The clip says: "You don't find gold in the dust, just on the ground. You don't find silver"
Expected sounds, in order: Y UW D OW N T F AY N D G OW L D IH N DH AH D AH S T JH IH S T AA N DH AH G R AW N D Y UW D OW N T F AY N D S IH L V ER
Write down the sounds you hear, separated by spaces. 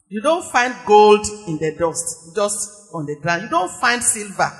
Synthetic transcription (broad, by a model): Y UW D OW N T F AY N D G OW L D IH N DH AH D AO S T JH IH S T AA N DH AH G R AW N Y UW D OW N T F AY N D S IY L V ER